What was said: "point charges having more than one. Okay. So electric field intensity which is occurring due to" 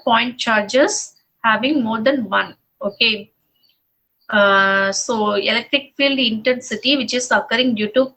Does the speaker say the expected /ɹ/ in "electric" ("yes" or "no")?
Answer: yes